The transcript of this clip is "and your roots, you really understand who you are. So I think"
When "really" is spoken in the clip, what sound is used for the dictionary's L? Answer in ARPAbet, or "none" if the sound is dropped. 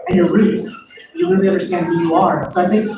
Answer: N